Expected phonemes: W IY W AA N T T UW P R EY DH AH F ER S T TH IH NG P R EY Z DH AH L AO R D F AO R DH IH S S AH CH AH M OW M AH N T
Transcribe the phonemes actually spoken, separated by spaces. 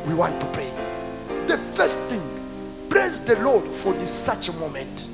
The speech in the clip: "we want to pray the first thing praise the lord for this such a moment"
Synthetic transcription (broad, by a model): W IY W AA N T T UW P R EY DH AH F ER S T TH IH NG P L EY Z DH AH L AO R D F AO R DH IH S S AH CH AH M OW M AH N T